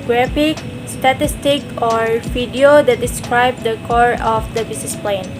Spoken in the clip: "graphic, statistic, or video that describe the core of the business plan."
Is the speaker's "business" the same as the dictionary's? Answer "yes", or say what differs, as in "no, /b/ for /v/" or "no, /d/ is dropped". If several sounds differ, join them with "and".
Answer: no, /s/ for /z/